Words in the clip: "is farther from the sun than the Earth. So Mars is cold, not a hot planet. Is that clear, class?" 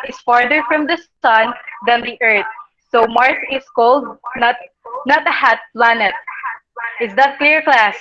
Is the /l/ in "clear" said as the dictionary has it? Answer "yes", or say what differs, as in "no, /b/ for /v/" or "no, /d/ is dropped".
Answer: yes